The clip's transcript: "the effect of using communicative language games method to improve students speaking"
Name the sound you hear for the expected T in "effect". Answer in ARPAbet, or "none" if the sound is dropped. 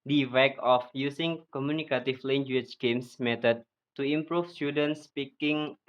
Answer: none